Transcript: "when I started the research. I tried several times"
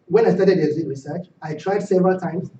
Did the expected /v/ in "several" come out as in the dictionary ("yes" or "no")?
yes